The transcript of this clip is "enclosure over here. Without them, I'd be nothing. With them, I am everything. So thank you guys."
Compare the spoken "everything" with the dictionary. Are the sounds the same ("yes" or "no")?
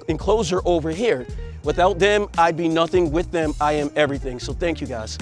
yes